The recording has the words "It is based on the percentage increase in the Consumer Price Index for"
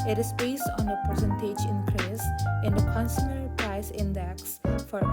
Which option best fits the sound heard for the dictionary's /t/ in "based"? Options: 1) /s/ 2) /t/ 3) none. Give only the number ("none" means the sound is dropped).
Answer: 3